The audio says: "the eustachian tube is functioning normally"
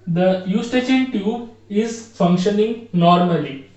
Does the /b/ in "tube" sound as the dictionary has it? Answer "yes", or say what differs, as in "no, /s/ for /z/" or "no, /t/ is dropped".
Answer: no, /b/ is dropped